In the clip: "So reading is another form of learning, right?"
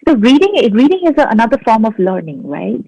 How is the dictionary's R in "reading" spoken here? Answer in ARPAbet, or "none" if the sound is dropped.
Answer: R